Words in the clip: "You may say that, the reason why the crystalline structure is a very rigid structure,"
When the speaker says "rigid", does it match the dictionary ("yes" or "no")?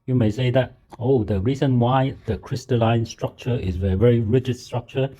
yes